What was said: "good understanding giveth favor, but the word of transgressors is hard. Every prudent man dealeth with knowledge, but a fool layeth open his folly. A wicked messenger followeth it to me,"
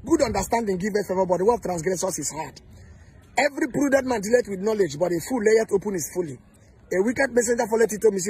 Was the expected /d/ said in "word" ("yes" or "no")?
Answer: no